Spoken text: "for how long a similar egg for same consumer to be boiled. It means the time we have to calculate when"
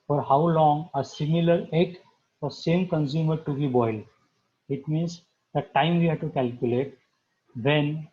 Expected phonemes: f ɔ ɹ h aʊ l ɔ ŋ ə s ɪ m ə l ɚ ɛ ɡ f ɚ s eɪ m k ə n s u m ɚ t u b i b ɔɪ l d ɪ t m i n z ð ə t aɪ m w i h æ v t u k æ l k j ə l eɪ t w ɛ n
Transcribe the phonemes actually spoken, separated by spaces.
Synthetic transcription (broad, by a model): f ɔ ɹ h aʊ l ɔ ŋ ə s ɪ m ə l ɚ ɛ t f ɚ s eɪ m k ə n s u m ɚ t u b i b ɔɪ l ɪ t m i n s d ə t aɪ m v i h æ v t u k æ l k j ə l eɪ t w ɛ n